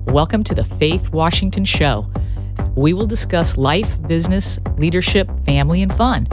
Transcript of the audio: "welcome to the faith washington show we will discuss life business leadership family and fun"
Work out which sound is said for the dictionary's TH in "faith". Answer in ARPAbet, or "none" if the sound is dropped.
TH